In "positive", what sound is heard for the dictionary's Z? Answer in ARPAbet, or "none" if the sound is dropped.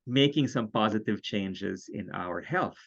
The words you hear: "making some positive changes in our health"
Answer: Z